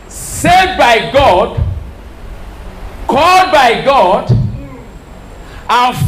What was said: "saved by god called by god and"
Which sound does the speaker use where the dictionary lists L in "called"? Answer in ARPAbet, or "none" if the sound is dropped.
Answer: L